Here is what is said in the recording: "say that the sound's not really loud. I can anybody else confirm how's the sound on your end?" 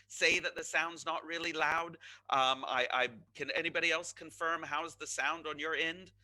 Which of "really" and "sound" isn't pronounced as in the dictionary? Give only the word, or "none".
none